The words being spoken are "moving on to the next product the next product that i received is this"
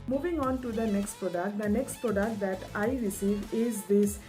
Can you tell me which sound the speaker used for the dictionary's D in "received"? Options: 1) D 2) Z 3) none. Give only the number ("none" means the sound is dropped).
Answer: 3